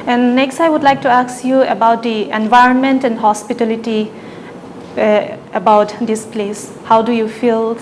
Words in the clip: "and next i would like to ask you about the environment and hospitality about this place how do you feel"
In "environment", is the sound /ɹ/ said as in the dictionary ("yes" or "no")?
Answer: yes